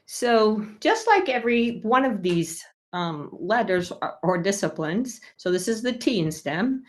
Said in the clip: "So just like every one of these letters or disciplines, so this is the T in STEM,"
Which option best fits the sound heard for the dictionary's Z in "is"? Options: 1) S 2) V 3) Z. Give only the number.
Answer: 3